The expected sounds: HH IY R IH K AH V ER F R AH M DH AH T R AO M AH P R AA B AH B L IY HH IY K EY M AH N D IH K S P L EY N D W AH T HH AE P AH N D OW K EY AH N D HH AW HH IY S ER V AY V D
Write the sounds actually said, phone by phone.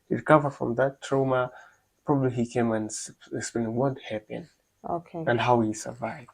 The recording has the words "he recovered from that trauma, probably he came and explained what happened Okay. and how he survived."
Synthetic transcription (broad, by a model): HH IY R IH K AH V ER F R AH M DH AH T R AO M AH P R AA B AH B L IY HH IY K EY M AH N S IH K S P L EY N W AH T HH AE P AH N OW K EY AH N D HH AW HH IY S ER V AY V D